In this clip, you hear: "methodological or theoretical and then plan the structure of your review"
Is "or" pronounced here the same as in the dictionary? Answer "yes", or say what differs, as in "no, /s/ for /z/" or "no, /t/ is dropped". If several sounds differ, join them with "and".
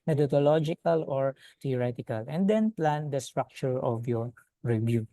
yes